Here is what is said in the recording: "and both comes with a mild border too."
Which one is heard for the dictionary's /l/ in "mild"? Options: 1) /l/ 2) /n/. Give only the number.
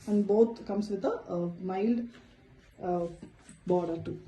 1